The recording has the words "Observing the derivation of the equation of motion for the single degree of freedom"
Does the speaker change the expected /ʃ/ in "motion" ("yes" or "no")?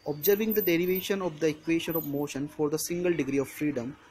no